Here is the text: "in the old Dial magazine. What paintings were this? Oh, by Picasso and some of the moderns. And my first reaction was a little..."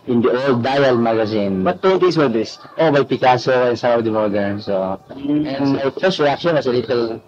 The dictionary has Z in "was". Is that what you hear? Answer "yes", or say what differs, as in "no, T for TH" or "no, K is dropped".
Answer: no, S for Z